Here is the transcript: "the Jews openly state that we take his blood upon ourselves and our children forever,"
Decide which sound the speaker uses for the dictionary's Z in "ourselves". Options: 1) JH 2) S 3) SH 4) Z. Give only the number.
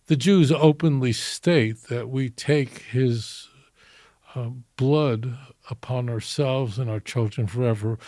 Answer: 4